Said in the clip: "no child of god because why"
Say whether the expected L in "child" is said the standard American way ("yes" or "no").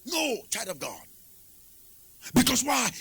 no